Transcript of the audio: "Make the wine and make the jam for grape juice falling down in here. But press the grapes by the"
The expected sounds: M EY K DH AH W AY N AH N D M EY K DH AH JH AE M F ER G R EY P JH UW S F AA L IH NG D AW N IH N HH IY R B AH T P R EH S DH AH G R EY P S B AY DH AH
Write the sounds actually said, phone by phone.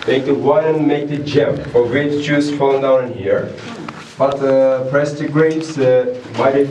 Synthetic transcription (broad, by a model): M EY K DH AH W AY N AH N M EY K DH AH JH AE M F ER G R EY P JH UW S F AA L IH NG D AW IH N HH IY R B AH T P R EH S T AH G R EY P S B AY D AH